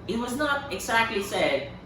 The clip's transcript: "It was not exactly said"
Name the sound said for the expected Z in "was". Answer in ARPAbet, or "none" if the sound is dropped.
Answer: Z